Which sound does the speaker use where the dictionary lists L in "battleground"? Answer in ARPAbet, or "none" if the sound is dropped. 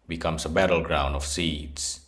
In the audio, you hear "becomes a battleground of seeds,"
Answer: L